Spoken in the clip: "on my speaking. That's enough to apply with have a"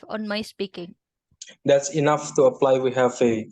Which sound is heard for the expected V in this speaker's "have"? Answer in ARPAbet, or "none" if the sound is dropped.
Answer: F